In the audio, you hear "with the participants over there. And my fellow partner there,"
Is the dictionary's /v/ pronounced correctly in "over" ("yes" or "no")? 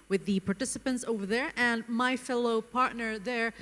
yes